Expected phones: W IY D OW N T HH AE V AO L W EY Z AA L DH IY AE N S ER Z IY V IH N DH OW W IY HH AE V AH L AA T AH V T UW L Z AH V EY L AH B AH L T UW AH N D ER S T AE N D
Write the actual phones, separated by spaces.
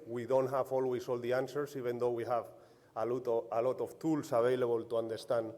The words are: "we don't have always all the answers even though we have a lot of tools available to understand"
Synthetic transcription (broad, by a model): W IY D OW N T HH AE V AO L W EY S AA L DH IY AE N S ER S IY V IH N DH OW W IY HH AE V AH L AA T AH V T UW L S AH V EY L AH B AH L T UW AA N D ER S T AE N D